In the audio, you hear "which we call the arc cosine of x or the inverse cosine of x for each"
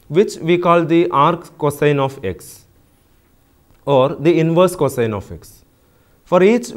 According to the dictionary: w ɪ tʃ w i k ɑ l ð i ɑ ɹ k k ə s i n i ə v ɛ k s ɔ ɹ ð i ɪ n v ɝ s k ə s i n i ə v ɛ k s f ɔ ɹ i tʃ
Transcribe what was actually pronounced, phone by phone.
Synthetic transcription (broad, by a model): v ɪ tʃ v i k ɑ l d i ɑ ɹ k k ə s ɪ n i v ɛ k s ɔ ɹ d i ɪ n v ɝ s k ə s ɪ n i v ɛ k s f ɔ ɹ i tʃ